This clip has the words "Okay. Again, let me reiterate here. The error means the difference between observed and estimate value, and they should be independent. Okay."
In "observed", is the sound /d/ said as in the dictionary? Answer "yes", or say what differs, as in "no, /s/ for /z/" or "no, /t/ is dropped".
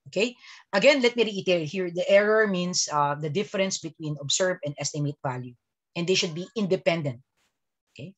no, /d/ is dropped